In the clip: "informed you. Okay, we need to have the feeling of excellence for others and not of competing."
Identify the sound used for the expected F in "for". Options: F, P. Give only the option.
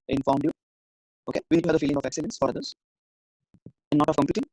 F